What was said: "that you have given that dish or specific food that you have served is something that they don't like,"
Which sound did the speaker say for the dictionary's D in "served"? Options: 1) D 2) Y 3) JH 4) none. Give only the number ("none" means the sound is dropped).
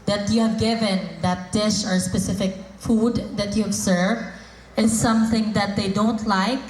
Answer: 4